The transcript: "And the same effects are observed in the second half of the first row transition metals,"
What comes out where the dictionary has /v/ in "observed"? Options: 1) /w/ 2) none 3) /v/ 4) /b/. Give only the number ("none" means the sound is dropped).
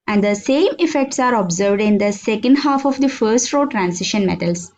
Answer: 3